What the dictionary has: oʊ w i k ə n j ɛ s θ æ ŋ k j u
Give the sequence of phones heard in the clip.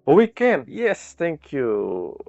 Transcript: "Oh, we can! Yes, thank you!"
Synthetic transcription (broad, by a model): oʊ w i k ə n j ɛ s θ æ ŋ k j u